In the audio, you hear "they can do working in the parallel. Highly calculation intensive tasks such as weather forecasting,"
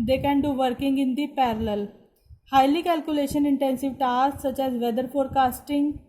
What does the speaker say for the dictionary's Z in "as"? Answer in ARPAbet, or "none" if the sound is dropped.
Z